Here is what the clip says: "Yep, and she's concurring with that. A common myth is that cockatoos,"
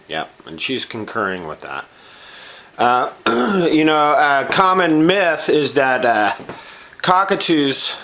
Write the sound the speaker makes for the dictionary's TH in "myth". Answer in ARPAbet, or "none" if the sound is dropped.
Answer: TH